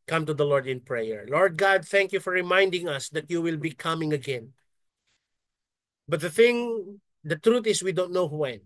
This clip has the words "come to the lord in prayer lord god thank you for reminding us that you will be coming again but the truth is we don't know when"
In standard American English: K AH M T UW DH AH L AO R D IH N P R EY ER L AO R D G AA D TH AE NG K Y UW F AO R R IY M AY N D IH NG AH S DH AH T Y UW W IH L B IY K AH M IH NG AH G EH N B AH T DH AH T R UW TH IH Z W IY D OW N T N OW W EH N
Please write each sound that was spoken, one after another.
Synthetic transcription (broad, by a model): K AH M T UW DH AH L AO R D IH N P R EY ER L AO R D G AA D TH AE NG K Y UW F AO R R IY M AY N D IH NG AH S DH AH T Y UW W IH L B IY K AH M IH NG AH G EH N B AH T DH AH T R UW T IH S W IY D OW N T N OW W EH N